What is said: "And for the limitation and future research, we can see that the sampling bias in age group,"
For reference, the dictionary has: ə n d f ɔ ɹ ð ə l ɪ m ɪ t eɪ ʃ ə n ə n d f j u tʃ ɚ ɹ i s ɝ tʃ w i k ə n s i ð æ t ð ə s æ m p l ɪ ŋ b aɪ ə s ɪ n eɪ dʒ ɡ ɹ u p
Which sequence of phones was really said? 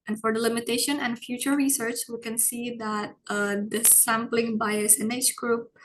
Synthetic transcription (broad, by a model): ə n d f ɔ ɹ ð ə l ɪ m ɪ t eɪ ʃ ə n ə n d f j u tʃ ɚ ɹ i s ɝ tʃ w i k ə n s i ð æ t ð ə s æ m p l ɪ ŋ b aɪ ə s ɪ n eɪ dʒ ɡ ɹ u p